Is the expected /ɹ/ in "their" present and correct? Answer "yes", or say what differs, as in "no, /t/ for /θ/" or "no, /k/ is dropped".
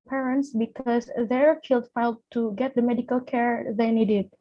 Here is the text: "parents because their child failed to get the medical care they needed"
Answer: yes